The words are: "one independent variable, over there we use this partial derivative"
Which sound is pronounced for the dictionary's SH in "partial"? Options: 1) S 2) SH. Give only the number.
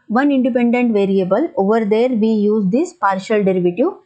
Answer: 2